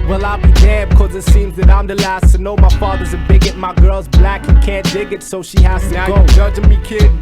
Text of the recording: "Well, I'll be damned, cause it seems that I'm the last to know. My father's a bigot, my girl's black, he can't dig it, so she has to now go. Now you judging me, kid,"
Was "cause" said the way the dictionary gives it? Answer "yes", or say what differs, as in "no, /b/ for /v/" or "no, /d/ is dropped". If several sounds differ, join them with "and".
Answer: yes